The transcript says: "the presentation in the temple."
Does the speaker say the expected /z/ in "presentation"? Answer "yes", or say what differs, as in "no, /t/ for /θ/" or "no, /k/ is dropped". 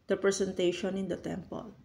no, /s/ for /z/